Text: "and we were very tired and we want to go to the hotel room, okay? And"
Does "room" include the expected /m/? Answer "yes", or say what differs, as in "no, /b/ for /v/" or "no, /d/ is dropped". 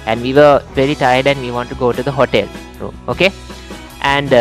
no, /m/ is dropped